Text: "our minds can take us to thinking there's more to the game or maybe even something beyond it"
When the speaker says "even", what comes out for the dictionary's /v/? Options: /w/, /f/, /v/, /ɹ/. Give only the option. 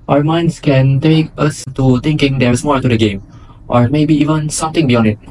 /v/